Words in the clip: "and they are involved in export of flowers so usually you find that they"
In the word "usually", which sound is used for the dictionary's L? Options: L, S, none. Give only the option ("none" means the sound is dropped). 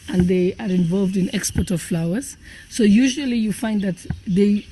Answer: L